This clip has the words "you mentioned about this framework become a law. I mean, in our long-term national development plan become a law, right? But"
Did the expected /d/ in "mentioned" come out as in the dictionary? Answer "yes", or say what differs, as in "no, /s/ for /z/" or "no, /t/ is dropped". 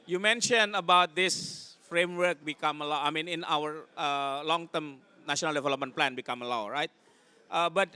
no, /d/ is dropped